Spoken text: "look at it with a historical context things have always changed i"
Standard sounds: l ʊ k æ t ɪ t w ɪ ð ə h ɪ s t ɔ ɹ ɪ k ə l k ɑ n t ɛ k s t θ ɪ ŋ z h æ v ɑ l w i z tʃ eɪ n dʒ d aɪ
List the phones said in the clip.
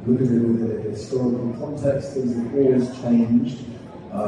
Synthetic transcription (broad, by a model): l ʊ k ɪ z ɪ t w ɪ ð ə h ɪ s t ɔ ɹ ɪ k l k ɑ n t ɛ k s t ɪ z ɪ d ɑ l w i z tʃ eɪ n dʒ d